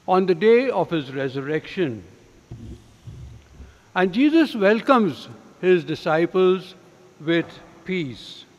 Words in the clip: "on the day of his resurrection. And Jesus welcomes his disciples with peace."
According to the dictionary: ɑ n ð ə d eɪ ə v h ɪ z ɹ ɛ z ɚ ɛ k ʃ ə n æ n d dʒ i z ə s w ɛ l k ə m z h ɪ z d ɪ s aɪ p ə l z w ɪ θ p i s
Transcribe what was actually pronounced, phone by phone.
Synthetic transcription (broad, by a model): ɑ n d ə d eɪ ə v h ɪ z ɹ ɛ z ɚ ɛ k ʃ ə n æ n d dʒ i z ə s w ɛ l k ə m z h ɪ z d ɪ s aɪ p ə l z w ɪ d p i s